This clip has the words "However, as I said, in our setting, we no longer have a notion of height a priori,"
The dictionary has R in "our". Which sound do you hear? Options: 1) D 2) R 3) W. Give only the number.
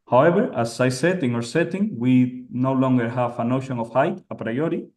2